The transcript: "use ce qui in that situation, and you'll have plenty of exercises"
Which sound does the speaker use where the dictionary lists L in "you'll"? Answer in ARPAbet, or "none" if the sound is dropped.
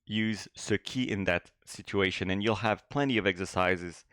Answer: L